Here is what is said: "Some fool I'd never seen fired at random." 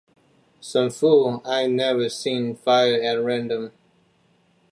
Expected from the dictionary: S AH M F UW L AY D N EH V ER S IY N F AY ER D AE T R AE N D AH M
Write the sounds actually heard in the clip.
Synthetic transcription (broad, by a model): S AH M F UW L AY N EH V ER S IY N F AY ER AE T R AE N D AH M